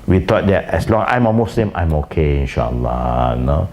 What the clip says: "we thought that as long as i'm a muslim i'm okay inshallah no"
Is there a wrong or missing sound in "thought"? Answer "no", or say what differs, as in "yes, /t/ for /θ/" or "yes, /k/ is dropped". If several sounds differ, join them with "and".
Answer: yes, /t/ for /θ/